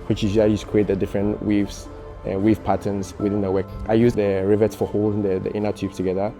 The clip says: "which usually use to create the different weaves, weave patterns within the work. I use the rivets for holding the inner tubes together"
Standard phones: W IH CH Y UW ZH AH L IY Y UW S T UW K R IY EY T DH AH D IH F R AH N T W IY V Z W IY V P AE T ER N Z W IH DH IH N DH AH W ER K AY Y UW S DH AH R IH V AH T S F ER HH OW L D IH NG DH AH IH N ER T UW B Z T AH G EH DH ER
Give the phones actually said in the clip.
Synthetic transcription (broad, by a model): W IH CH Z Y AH IY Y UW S T UW K R IY EY T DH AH D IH F R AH N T W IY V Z W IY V P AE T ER N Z W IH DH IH N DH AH W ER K AY Y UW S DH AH R IH V AH T S F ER HH OW L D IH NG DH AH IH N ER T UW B S T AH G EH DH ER